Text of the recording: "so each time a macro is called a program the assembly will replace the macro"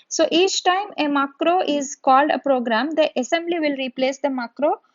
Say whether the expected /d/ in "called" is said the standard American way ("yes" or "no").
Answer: yes